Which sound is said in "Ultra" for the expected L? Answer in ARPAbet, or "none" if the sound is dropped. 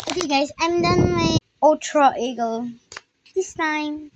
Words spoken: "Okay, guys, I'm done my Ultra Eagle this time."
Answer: none